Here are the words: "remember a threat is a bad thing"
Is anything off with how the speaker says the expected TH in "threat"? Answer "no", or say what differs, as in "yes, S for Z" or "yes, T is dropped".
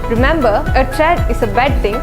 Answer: yes, T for TH